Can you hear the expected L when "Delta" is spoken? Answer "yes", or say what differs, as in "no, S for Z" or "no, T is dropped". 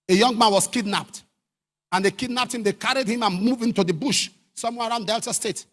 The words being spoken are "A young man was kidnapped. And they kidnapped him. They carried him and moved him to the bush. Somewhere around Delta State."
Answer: yes